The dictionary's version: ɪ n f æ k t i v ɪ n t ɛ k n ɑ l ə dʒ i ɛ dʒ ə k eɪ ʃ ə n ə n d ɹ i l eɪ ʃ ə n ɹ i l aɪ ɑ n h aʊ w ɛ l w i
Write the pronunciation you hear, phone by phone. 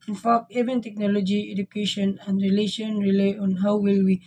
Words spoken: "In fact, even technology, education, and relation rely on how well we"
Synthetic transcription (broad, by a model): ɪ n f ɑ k ɛ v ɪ n t ɛ k n ɑ l ə dʒ i ɛ dʒ ə k eɪ ʃ ə n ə n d ɹ i l eɪ ʃ ə n ɹ i l aɪ ɑ n h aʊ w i l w i